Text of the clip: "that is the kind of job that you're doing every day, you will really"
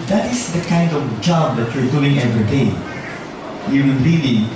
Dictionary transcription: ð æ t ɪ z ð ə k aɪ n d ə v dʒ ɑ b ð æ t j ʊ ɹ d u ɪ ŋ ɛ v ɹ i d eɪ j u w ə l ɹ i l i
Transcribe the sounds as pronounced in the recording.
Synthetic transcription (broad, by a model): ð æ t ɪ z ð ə k aɪ n d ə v dʒ ɑ b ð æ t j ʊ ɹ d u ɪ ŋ ɛ v ɹ i d eɪ j u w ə n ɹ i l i